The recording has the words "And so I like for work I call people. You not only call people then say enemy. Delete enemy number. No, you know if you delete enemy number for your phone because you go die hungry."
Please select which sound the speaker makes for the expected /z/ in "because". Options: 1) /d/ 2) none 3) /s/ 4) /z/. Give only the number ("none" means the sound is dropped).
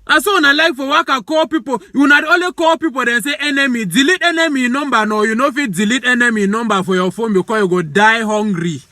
2